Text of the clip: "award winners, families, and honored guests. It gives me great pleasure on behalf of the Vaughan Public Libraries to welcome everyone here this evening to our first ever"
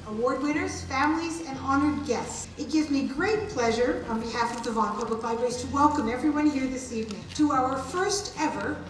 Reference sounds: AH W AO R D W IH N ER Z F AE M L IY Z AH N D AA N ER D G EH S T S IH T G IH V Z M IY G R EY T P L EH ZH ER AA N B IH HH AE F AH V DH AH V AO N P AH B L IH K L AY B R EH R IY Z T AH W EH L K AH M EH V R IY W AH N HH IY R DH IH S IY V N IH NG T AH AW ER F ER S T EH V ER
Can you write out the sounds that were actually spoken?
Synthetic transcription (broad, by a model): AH W AO R D W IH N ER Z F AE M L IY Z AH N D AA N ER D G EH S T S IH T G IH V Z M IY G R EY T P L EH ZH ER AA N B IH HH AE F AH V DH AH V AO N P AH B L IH K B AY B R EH IY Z T AH W EH L K AH M EH V R IY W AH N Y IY R DH IH S IY V N IH NG T AH AW ER F ER S T EH V ER